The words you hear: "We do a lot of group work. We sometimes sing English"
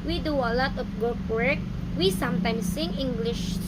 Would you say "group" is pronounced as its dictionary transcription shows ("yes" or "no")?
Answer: no